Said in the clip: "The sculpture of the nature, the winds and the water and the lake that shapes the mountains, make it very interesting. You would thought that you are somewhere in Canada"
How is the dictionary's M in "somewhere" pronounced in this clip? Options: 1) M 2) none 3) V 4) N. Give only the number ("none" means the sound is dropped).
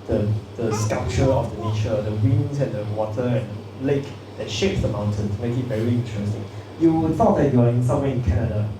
2